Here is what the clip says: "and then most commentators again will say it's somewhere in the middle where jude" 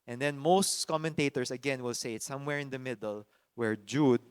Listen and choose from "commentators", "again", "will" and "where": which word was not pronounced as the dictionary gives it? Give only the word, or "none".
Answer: commentators